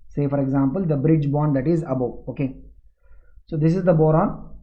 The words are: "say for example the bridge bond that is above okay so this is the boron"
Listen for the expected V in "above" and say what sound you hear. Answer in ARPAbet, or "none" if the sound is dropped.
none